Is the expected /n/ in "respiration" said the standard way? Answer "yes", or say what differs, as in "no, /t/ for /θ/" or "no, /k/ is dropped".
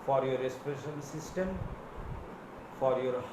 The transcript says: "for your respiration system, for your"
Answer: no, /l/ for /n/